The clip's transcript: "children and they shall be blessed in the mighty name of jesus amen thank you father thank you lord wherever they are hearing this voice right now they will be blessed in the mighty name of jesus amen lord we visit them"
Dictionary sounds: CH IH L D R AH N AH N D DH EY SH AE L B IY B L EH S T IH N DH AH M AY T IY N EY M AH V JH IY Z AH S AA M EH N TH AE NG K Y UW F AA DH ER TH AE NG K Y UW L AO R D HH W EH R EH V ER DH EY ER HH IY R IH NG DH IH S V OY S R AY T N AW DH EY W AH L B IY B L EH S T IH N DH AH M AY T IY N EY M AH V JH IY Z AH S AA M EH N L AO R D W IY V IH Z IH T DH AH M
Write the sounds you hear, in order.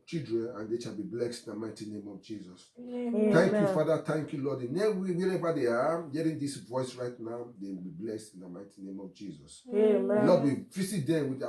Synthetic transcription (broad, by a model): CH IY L D R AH N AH N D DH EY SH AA L B IY B L EH S T IH N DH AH M AY T IY N EY M AH V JH IY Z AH S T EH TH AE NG K Y UW F AA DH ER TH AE NG K Y UW L AO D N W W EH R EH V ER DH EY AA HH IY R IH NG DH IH S V OY S R AY T N AW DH EY W AH L B IY B L EH S T IH N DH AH M AY T IY N EY M AH V JH IY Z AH S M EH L AO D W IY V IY S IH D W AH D